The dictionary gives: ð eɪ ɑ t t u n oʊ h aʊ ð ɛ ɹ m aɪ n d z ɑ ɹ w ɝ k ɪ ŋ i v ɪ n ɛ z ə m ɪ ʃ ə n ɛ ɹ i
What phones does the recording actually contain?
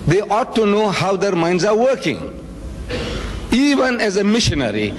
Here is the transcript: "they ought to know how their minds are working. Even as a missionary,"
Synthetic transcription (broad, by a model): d eɪ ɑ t t u n oʊ h aʊ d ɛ ɹ m aɪ n d z ɑ ɹ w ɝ k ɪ ŋ i v ɪ n ɛ z ə m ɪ ʃ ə n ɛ ɹ i